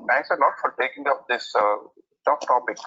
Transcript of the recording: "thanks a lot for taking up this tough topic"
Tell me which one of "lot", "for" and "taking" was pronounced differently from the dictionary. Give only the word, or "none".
lot